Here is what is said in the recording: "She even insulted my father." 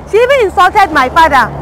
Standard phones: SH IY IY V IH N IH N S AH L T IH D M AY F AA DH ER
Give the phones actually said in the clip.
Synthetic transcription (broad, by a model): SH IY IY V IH IH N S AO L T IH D M AY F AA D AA